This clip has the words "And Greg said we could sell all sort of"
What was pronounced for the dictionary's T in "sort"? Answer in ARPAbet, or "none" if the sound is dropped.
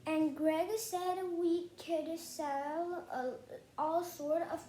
T